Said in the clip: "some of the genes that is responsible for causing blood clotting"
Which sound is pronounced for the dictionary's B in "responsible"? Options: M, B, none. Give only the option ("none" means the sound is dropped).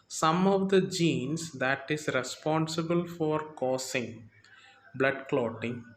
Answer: B